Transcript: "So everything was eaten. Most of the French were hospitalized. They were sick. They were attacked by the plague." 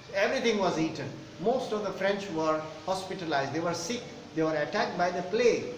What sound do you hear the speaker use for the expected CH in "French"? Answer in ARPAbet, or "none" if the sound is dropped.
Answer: CH